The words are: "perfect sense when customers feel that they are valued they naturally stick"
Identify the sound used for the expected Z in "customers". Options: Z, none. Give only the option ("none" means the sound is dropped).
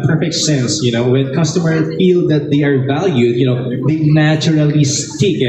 none